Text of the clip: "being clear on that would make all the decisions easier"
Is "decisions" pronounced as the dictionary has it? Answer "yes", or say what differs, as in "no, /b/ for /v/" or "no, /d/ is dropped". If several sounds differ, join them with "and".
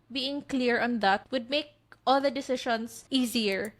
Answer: no, /ʃ/ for /ʒ/